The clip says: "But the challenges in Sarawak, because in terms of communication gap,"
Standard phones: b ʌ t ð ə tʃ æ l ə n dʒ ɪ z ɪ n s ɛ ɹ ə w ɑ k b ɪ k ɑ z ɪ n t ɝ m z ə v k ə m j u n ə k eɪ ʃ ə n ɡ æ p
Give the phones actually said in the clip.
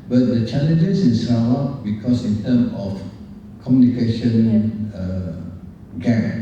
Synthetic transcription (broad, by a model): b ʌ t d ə tʃ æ l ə n dʒ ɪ s ɪ n s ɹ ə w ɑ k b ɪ k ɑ s ɪ n t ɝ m ə f k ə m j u n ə k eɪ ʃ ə n ɡ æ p